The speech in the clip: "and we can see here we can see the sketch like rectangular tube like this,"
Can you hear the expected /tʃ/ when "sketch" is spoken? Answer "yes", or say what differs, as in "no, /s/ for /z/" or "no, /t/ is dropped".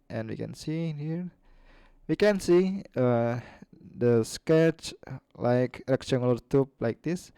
yes